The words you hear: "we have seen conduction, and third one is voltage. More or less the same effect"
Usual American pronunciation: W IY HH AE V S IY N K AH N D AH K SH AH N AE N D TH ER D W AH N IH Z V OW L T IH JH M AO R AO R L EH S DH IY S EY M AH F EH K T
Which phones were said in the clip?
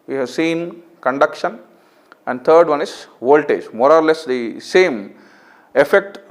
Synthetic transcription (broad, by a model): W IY HH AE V S IY N K AH N D AH K SH AH N AE N D T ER D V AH N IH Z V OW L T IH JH M AO R AO R L EH S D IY S EY M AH F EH K T